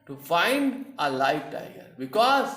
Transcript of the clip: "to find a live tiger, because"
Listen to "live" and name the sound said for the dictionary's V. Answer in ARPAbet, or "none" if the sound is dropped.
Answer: F